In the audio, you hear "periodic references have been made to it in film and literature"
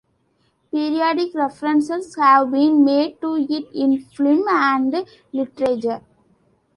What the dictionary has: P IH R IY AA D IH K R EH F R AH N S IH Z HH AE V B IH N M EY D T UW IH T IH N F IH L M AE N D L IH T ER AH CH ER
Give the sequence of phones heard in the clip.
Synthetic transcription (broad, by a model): P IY R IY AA D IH K R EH F R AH N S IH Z HH AE V B IH N M EY D T UW IH T IH N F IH M AE N D L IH T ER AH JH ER